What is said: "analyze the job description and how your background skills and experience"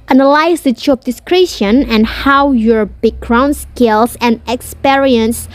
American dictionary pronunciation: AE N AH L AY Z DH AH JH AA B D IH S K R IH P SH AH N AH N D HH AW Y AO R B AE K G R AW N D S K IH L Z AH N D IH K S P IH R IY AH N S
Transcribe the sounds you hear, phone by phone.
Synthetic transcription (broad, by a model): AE N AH L AY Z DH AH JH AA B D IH S K R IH SH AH N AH N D HH AW Y AO R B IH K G R AW N S K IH L S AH N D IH K S P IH R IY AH N S